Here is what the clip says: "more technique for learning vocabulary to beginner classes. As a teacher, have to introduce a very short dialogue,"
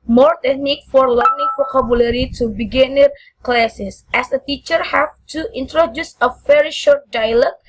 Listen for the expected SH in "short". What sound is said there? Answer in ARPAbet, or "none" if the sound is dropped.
SH